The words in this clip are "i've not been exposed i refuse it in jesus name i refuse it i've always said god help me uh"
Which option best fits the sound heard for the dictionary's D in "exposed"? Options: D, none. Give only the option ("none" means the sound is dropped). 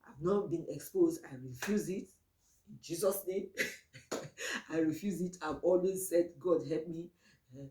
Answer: D